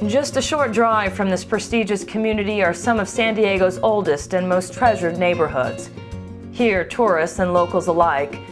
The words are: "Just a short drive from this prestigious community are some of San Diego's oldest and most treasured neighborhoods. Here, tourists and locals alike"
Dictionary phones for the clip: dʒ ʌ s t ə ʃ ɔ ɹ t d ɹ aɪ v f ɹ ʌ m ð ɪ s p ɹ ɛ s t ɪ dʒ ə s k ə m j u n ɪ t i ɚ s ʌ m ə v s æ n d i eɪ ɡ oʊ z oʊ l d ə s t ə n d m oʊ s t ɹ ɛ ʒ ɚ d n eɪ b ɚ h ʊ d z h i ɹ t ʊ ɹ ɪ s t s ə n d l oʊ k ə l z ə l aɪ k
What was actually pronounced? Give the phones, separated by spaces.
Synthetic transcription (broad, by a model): dʒ ʌ s t ə ʃ ɔ ɹ t d ɹ aɪ v f ɹ ʌ m ð ɪ s p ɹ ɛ s t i dʒ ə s k ə m j u n ɪ t i ɚ s ʌ m ə v s æ n d i eɪ ɡ oʊ z oʊ l d ə s t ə n m oʊ s t ɹ ɛ ʒ ɚ d n eɪ b ɚ h ʊ d z h i ɹ t ʊ ɹ ɪ s t s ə n l oʊ k l z ə l aɪ k